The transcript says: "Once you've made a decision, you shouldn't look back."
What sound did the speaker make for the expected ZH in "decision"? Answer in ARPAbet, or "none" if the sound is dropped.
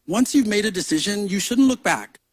ZH